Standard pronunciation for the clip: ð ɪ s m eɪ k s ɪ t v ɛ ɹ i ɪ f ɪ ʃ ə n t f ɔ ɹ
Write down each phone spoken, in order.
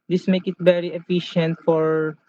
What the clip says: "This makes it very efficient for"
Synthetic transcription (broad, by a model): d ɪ s m eɪ k ɪ t v ɛ ɹ i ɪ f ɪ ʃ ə n t f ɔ ɹ